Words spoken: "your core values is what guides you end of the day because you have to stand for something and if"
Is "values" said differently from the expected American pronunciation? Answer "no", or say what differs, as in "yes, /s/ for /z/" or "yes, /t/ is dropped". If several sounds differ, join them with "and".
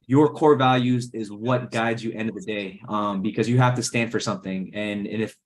no